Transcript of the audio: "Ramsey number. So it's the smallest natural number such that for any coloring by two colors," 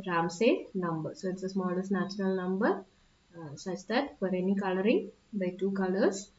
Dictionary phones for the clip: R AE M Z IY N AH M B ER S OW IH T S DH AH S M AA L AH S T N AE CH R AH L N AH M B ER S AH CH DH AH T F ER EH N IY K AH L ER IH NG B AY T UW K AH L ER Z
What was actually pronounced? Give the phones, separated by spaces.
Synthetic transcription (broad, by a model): R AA M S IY N AH M B ER S OW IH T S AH S M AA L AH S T N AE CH R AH L N AH M B ER S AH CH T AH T P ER EH N IY K AH L ER IH NG B AY T UW K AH L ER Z